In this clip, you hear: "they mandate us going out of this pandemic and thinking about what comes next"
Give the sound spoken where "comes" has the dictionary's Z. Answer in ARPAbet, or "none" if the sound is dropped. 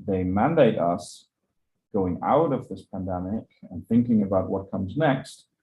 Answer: Z